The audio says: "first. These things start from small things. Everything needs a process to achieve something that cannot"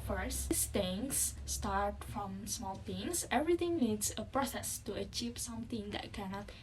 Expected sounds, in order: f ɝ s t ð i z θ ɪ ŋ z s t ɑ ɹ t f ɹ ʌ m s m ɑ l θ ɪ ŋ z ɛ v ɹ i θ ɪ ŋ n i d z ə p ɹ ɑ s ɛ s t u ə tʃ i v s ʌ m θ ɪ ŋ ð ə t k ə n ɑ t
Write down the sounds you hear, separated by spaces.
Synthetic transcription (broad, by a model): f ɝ s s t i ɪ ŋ s t ɑ ɹ t f ɹ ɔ m s m ɑ l t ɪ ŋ s ɛ v ɹ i t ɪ ŋ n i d s ə p ɹ ɑ s ɛ s t u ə tʃ i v s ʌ m t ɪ ŋ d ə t k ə n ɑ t